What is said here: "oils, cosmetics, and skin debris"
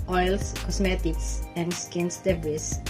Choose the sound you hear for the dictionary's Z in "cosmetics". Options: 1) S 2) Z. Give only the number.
1